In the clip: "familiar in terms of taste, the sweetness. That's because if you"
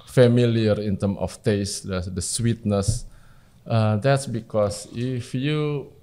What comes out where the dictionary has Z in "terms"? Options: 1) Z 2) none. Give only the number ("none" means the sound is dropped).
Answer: 2